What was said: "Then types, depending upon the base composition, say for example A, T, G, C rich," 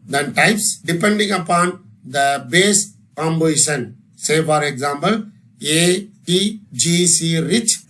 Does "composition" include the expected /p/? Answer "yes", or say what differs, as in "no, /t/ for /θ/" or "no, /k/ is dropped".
no, /b/ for /p/